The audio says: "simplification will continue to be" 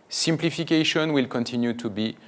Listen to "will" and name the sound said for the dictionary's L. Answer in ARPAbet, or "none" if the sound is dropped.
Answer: L